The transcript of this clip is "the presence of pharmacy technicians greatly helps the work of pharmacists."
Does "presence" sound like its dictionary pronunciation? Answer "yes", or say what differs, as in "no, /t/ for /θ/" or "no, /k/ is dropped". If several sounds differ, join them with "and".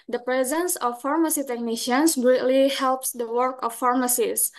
yes